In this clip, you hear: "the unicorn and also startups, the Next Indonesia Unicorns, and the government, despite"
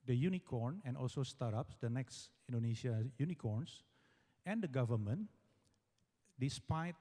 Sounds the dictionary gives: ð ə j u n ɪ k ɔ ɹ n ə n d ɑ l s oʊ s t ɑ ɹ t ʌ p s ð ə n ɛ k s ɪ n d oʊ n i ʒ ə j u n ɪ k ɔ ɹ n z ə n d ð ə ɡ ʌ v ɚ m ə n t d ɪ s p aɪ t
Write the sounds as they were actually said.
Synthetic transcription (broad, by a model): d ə j u n ɪ k ɔ ɹ n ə n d ɑ l s oʊ s t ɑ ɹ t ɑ p s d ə n ɛ k s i n d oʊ n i s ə j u n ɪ k ɔ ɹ n s ə n d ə ɡ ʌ v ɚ m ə n d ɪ s p aɪ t